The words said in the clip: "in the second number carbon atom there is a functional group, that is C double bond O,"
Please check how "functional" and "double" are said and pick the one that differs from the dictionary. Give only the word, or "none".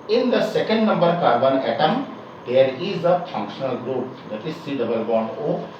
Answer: none